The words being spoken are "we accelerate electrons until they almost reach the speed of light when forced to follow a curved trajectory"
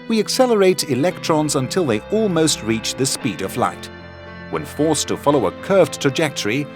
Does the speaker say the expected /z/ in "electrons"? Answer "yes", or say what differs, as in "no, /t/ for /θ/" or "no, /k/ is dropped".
yes